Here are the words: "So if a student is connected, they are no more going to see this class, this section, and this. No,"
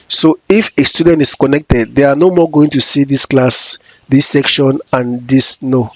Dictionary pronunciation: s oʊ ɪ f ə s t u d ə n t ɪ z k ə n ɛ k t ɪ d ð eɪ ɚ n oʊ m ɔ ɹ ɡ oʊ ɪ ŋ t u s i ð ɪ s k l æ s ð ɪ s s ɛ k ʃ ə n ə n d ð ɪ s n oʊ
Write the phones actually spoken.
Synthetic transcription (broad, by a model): s oʊ ɪ f ə s t u d ə n t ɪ s k ə n ɛ k t ɪ d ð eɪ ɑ n oʊ m ɔ ɡ oʊ ɪ ŋ t u s i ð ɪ s k l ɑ s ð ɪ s s ɛ k ʃ ə n ə n d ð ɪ s n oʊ